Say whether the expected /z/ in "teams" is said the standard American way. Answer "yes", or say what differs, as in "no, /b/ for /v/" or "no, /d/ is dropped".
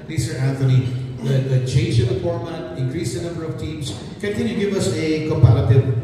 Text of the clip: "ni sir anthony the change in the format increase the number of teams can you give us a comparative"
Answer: no, /s/ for /z/